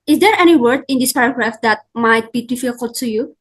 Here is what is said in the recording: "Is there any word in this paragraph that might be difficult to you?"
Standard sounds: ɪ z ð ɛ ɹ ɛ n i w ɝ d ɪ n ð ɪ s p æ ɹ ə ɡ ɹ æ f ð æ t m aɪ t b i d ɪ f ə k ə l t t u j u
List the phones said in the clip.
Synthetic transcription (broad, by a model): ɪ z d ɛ ɹ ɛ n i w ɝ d ɪ n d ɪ s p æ ɹ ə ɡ ɹ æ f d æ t m aɪ t b i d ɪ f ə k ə t s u j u